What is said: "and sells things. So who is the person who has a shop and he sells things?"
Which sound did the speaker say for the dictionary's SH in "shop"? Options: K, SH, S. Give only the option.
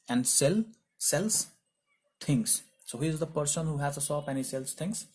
S